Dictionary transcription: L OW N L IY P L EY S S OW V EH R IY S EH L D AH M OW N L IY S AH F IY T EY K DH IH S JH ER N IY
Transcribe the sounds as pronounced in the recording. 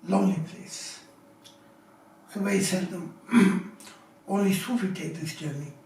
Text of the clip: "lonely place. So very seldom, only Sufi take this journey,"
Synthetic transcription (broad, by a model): L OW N L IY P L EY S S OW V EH IY S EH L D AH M OW N L IY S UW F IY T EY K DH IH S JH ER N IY